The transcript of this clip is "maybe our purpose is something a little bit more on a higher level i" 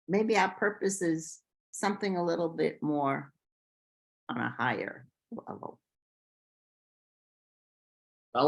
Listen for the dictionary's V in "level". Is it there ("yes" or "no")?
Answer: no